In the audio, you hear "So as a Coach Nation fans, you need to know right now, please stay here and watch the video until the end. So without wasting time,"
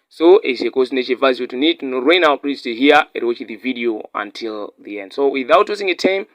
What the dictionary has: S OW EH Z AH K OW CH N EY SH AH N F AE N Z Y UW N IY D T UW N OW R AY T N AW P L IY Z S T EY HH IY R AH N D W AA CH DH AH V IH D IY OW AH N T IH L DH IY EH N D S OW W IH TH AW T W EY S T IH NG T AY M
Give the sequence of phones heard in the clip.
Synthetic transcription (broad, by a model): S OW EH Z AH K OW S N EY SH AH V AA Z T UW N IY D T UW N OW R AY N AW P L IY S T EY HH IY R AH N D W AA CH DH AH V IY D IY OW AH N T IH L DH IY EH N D S OW W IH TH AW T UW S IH NG T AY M